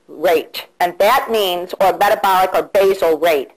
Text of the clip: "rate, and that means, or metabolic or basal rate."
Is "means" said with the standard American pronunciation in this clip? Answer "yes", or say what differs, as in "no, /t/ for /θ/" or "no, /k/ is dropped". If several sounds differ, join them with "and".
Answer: yes